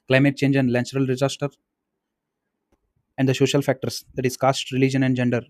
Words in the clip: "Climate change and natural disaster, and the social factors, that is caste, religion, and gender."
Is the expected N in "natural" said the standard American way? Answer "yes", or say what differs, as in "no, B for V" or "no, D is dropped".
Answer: no, L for N